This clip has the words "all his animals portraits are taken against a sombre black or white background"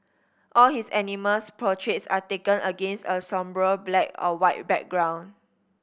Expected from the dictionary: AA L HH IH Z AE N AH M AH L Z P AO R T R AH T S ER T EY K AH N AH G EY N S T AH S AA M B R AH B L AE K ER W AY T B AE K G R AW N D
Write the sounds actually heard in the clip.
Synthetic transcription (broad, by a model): AA L HH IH S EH N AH M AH L S P AO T R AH T S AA T EY K AH N AH G EY N S T AH S AA M B R AH B L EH K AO W AY T B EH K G R AW N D